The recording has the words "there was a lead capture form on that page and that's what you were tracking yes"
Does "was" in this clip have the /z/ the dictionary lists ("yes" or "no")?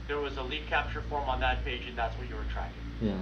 yes